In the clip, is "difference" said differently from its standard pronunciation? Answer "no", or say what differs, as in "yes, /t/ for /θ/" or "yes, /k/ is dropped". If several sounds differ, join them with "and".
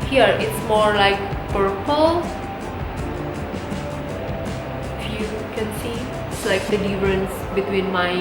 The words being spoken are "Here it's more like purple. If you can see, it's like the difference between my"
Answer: no